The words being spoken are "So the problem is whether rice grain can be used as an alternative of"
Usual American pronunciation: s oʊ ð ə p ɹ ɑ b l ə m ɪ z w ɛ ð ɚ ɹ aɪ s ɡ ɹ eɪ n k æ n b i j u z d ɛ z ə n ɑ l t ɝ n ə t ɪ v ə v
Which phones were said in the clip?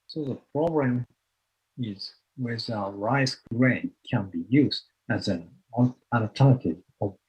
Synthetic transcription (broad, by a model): s oʊ ð ə p ɹ ɑ b l ə m ɪ z w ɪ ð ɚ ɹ aɪ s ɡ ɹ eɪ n k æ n b i j u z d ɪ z ə n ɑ n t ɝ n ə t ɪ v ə